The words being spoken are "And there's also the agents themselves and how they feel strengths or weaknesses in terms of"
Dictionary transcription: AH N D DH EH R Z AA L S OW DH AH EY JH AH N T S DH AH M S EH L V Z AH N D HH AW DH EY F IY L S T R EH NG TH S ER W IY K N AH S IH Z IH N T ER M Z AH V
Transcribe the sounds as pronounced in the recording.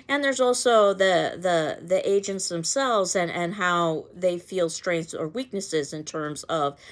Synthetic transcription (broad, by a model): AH N DH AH R Z AA L S OW DH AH EY JH AH N T S DH AH M S EH L V Z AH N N HH AW DH EY F IY L S T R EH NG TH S ER W IY K N AH S IH Z IH N T ER M Z AH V